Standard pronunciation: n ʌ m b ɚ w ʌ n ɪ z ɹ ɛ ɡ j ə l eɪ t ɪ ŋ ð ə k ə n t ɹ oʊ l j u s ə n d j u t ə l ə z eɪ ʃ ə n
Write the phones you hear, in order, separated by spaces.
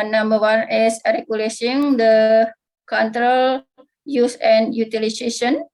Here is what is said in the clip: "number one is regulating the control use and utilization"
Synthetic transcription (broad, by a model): n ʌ m b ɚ w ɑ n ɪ s ɹ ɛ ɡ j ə l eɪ s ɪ ŋ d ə k ə n t ɹ oʊ l j u s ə n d j u t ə l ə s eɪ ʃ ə n